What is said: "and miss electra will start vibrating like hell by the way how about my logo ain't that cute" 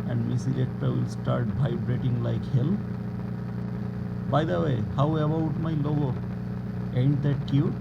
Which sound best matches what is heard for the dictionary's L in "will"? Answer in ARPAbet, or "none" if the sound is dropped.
L